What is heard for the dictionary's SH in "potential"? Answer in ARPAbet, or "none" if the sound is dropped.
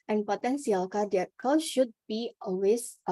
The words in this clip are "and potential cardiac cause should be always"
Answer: S